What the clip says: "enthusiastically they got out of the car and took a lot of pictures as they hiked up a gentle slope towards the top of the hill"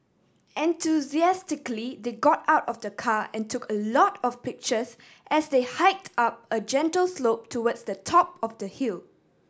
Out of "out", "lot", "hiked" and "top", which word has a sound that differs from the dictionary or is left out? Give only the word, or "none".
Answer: none